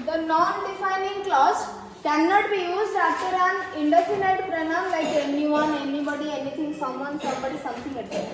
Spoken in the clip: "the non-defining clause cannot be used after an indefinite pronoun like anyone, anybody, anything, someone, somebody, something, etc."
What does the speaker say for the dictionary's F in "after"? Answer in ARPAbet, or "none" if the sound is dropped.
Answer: none